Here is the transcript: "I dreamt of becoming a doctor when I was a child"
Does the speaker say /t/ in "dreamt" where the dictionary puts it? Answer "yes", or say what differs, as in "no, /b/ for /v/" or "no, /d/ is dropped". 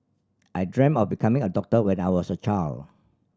no, /t/ is dropped